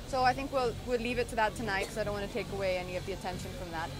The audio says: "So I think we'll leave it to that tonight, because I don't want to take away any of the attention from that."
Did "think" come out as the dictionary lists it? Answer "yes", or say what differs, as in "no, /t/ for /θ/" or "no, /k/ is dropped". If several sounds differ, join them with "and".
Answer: yes